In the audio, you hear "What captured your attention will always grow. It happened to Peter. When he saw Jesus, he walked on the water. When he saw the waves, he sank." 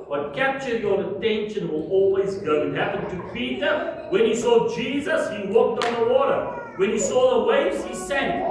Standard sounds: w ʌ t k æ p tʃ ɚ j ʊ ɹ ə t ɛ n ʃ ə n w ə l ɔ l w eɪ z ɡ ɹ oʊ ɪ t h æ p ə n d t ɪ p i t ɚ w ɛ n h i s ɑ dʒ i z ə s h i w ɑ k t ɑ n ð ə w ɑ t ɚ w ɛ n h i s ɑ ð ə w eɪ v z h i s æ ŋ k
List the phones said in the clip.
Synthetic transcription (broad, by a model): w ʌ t k æ p tʃ ɚ j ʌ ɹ ə t ɛ n ʃ ə n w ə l ɔ l w eɪ z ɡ oʊ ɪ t h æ p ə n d t ɪ p i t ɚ w ɛ n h i s ɑ dʒ i z ə s h i w ɑ k t n ð ə w ɑ t ɚ w ɛ n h i s ɑ ð ə w eɪ v z h i s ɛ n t